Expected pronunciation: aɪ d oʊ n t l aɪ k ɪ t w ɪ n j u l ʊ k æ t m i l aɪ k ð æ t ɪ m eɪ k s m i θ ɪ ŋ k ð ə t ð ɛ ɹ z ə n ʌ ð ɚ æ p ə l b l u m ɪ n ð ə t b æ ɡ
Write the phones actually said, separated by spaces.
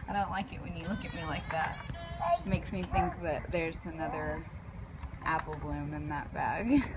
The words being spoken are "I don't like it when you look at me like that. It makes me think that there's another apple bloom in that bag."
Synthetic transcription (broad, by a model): aɪ d oʊ n t l aɪ k ɪ t w ɪ n j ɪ l ʊ k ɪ t m i l aɪ k ð æ t m eɪ k s m i θ ɪ ŋ k ð ə t ð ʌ ɹ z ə n ʌ ð ɚ æ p l b l u m ɪ n ð ə t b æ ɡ